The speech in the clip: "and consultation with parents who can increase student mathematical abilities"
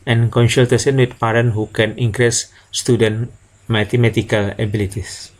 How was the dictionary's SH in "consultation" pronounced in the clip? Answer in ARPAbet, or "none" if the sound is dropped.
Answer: S